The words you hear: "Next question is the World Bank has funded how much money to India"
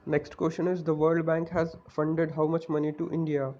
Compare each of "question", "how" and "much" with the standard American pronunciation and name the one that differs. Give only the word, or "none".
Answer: none